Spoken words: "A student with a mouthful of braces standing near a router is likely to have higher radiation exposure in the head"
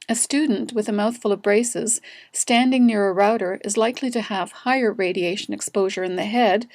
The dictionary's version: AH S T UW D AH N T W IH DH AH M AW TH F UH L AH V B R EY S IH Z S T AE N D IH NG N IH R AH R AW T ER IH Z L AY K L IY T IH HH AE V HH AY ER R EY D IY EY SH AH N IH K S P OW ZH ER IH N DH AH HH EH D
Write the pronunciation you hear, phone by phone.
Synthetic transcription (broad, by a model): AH S T UW D N T W IH DH AH M AW TH F UH L AH V B R EY S IH Z S T AE N D IH NG N IH R AH R AW T ER IH Z L AY K L IY T IH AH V HH AY ER R EY D IY EY SH AH N IH K S P OW ZH ER IH N DH AH HH EH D